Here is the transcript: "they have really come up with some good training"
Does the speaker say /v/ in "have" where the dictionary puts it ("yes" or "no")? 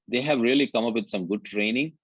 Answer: yes